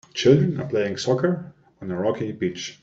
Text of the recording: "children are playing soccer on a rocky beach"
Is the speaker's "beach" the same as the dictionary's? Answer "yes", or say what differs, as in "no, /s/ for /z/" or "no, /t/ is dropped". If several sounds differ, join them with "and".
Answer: yes